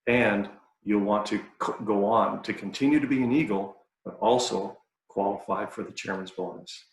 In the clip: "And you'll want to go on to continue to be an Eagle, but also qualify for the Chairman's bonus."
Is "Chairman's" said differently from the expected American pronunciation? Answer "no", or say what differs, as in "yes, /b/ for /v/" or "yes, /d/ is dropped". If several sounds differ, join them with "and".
no